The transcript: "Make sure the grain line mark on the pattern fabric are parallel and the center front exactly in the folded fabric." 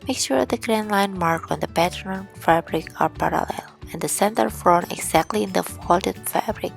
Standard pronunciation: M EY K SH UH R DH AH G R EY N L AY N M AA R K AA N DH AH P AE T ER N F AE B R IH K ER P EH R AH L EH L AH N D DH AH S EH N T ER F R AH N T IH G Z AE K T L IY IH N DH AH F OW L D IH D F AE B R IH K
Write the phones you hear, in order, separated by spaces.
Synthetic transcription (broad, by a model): M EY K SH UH R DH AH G R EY N L AY N M AA R K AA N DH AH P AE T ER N F AE B R IH K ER P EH R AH L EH L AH N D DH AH S EH N T ER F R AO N IH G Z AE K T L IY IH N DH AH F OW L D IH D F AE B R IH K